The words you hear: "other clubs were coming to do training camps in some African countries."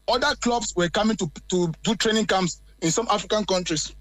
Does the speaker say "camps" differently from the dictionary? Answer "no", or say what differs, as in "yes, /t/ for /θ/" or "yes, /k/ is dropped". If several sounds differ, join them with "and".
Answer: yes, /p/ is dropped